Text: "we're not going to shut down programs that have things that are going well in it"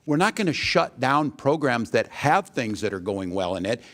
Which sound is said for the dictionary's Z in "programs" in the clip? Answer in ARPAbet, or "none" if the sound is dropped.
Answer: Z